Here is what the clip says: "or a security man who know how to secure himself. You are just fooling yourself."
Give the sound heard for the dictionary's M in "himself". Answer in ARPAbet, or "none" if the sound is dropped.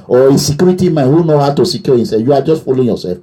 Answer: none